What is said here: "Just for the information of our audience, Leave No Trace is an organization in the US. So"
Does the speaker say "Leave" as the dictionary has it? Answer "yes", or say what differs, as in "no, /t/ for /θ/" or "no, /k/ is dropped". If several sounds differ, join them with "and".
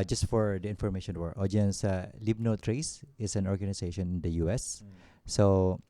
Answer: no, /b/ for /v/